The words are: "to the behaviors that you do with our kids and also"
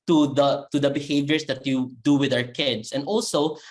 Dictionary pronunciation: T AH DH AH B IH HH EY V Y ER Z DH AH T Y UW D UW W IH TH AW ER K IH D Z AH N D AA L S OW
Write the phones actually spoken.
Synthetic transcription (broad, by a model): T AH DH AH B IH HH EY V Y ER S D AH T Y UW D UW W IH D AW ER K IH D S AH N D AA L S OW